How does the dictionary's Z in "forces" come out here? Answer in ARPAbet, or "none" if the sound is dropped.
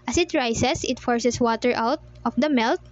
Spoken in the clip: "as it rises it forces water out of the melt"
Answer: S